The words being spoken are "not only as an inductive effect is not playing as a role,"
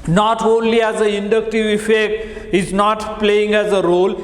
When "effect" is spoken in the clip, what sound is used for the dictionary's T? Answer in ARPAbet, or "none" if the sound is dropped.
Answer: T